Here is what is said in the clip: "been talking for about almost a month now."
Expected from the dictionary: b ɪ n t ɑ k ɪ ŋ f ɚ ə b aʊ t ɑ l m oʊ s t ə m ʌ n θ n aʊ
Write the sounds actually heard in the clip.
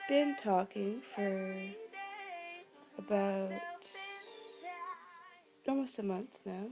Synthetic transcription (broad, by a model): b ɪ n t ɑ k ɪ ŋ f ɚ ə b aʊ t ɑ l m oʊ s t ə m ʌ n θ n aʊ